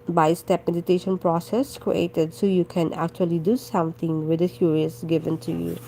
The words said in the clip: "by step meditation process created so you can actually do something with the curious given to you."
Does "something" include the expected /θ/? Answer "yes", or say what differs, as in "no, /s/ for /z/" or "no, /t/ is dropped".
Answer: no, /t/ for /θ/